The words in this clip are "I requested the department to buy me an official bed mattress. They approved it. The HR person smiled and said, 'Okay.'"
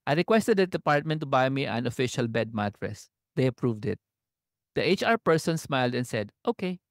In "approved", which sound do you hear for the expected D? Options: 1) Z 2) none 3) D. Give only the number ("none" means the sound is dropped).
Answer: 3